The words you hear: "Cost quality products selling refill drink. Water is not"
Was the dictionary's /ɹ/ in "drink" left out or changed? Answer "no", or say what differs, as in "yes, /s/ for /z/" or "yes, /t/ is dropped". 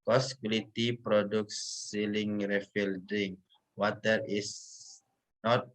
yes, /ɹ/ is dropped